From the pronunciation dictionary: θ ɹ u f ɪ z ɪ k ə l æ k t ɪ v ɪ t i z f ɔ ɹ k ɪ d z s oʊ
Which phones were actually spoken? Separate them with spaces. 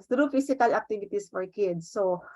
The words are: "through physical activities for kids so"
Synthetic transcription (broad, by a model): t ɹ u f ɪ s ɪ k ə l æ k t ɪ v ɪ t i s f ɔ ɹ k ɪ d s oʊ